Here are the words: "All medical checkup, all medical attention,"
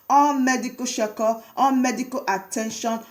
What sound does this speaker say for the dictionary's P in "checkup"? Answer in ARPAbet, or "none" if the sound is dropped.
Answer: none